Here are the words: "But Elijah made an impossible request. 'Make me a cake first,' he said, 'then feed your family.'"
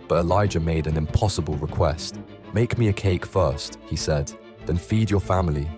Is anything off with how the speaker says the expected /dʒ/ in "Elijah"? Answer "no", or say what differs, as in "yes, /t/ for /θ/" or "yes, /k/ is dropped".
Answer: no